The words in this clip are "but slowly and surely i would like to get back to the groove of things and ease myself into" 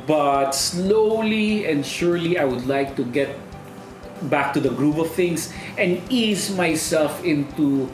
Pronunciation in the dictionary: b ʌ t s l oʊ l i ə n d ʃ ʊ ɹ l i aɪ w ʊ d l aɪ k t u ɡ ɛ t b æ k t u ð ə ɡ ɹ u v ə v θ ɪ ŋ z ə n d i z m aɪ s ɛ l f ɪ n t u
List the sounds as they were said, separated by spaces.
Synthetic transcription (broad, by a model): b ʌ t s l oʊ l i ə n d ʃ ʊ ɹ l i aɪ w ʊ d l aɪ k t u ɡ ɛ t b æ k t u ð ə ɡ ɹ u p ə v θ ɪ ŋ s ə n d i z m aɪ s ɛ l f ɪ n t u